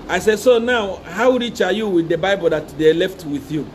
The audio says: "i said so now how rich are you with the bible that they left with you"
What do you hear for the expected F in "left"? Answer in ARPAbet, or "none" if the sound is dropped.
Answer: F